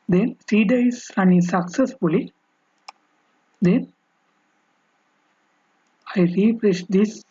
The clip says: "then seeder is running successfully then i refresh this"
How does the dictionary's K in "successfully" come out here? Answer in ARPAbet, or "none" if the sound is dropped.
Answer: K